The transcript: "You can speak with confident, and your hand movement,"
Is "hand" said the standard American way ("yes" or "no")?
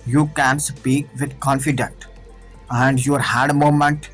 no